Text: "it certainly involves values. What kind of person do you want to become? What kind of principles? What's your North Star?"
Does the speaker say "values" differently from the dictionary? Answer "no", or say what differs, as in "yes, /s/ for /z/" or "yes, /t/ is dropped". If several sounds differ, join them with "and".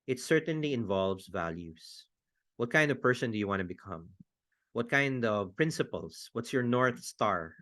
yes, /s/ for /z/